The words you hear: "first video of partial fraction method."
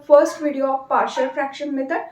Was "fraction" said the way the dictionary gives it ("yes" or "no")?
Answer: yes